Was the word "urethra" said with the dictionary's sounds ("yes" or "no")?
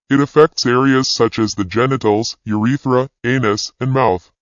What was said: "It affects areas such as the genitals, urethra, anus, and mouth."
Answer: yes